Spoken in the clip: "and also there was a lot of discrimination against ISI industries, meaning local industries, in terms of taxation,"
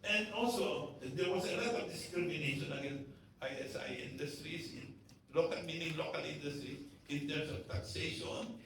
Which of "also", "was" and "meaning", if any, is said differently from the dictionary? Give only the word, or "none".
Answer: was